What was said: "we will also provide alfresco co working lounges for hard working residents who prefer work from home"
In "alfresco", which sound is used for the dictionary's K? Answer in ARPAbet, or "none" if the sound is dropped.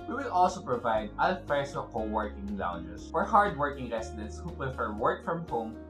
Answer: none